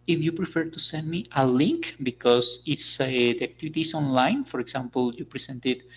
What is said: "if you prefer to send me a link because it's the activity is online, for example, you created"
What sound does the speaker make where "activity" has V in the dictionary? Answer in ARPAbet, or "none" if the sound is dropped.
B